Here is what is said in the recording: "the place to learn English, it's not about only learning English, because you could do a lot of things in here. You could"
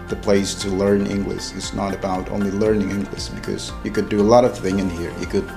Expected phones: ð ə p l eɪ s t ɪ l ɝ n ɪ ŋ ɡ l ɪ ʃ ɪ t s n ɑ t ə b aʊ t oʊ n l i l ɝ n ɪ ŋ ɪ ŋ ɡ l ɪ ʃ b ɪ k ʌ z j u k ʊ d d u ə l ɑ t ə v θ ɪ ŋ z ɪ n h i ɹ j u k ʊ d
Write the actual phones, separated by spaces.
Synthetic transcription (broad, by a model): ð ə p l eɪ s t ɪ l ɝ n ɪ ŋ ɡ l ɪ ʃ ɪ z n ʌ t ə b aʊ t oʊ n l i l ɝ n ɪ ŋ ɪ ŋ ɡ l ɪ ʃ b ɪ k ʌ z j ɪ k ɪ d d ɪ ə l ɑ t ə v θ ɪ ŋ ɪ n h i ɹ j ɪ k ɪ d